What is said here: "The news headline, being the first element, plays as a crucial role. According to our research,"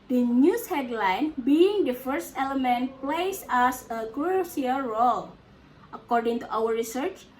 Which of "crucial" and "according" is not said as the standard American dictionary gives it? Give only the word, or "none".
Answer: crucial